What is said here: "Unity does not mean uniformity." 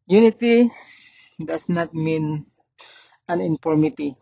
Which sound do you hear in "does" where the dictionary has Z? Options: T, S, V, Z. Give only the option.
S